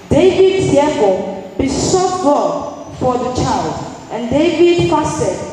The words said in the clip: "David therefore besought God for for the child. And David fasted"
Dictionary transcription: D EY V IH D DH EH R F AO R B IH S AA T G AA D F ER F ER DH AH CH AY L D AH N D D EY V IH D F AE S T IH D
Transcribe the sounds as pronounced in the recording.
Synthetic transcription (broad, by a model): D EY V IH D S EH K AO B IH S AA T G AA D F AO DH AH CH AY L D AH N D D EY V IH D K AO S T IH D